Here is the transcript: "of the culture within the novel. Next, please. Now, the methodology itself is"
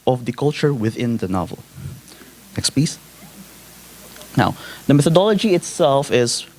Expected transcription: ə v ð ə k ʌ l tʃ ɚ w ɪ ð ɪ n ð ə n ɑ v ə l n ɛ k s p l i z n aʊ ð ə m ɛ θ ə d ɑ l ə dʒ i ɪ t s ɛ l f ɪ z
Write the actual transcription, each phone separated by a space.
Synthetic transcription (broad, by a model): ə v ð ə k ʌ l tʃ ɚ w ɪ ð ɪ n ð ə n ɑ v ə l n ɛ k s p i s n aʊ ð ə m ɛ θ ə d ɑ l ə dʒ i ɪ t s ɛ l f ɪ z